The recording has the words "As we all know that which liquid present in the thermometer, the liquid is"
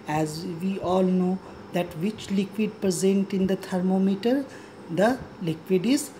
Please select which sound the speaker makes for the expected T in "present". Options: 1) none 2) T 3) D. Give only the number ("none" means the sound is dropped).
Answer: 2